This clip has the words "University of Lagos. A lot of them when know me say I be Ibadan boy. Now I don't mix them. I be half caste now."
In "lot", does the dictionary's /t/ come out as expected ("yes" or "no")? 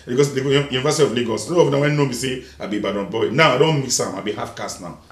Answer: no